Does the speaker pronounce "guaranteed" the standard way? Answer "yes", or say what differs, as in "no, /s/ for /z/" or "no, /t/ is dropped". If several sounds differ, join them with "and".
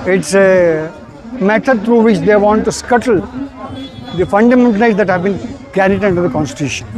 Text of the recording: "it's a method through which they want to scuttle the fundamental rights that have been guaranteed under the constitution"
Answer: no, /n/ is dropped